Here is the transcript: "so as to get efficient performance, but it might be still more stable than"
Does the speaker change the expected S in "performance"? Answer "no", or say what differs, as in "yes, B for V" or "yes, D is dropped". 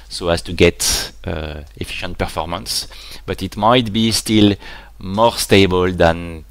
no